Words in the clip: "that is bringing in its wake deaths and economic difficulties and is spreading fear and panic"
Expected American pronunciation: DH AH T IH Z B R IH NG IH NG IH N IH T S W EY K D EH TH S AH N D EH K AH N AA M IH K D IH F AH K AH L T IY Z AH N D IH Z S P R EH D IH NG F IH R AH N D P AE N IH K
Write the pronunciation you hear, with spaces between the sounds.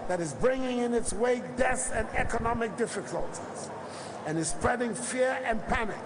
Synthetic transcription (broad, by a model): DH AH T IH Z B R IH NG IH NG IH N IH T S W EY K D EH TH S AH N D EH K AH N AA M IH K D IH F AH K AH L T IY Z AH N IH Z S P R EH D IH NG F IH R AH N P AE N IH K